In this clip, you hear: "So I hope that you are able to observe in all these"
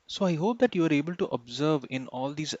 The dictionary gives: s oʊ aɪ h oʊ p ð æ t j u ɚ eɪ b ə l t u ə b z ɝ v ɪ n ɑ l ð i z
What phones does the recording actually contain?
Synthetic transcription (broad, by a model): s oʊ aɪ h oʊ p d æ t j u ɚ eɪ b ə l t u ə b z ɝ v ɪ n ɑ l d i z